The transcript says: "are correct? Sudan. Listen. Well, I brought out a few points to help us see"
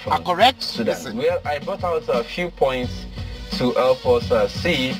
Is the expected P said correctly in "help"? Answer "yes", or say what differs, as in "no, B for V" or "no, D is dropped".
no, F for P